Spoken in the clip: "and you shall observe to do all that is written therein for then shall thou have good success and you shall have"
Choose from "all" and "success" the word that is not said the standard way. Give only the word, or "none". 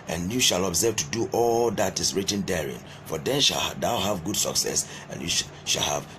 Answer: none